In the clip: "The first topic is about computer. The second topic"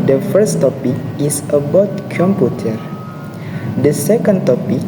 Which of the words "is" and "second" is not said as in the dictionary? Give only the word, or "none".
is